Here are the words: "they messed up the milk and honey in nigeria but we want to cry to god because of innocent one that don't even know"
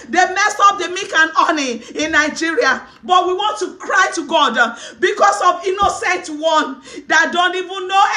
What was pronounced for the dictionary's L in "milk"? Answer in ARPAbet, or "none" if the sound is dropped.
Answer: none